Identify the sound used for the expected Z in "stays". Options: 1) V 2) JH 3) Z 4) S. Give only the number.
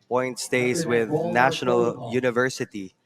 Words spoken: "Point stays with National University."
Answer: 4